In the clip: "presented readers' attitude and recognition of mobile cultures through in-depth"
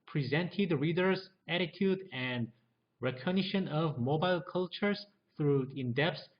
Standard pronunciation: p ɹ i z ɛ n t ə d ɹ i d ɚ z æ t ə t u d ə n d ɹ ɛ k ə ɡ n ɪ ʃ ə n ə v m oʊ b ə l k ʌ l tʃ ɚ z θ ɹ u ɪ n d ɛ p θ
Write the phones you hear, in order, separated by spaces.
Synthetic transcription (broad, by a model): p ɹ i z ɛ n t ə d ɹ i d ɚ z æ t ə t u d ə n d ɹ ɛ k ə ɡ n ɪ ʃ ə n ə v m oʊ b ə l k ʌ l tʃ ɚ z θ ɹ u ɪ n d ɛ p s